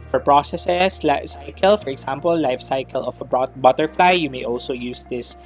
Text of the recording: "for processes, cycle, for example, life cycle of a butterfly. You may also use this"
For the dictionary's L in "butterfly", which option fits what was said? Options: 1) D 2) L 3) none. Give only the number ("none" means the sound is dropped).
2